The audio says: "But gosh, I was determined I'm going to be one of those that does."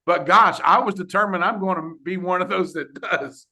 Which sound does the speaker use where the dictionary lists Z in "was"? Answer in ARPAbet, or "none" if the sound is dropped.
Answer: Z